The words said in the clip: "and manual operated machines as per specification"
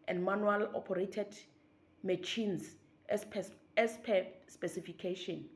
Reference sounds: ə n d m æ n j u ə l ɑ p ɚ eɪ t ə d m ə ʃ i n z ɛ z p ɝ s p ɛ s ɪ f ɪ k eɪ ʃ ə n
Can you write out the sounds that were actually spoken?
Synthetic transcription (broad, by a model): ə n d m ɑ n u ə l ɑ p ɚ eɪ t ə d m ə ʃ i n s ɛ s p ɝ s p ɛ s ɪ f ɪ k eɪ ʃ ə n